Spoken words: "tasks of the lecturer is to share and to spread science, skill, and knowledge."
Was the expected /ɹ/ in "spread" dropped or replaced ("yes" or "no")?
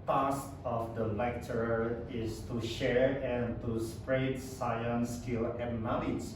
no